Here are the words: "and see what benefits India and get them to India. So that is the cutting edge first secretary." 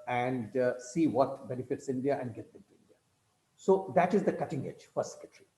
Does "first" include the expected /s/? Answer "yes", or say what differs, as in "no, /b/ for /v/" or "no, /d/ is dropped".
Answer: no, /s/ is dropped